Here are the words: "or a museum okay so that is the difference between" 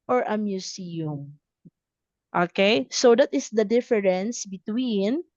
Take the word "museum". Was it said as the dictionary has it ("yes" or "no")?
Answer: no